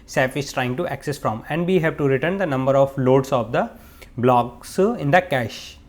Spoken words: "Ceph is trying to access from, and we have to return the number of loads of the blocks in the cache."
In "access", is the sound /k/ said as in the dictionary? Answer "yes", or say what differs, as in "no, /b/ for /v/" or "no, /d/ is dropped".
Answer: yes